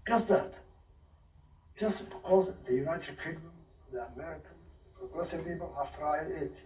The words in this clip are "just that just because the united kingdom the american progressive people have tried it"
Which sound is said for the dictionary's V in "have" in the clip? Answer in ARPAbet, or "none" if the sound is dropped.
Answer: F